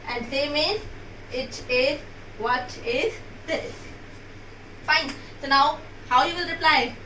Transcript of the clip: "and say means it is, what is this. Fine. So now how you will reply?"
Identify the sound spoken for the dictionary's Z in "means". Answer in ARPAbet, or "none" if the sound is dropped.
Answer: none